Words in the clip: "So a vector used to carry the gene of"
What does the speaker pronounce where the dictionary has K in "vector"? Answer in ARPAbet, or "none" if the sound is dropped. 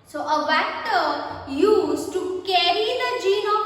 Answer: none